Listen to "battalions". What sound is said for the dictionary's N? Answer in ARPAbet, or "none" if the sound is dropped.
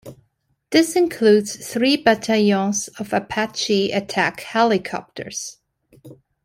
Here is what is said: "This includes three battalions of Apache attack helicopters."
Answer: none